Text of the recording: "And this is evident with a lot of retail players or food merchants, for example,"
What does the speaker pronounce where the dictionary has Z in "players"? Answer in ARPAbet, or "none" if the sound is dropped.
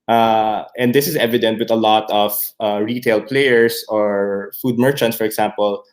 S